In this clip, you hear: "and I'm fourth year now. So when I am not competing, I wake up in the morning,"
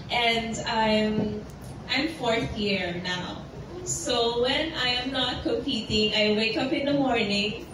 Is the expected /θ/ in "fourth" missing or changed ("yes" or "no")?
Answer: no